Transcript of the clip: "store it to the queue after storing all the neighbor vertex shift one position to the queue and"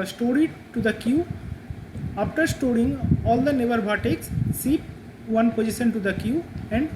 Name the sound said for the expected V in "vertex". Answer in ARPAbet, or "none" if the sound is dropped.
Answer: B